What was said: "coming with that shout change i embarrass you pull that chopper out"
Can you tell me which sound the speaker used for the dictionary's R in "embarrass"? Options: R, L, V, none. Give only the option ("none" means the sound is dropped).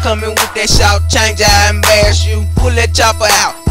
none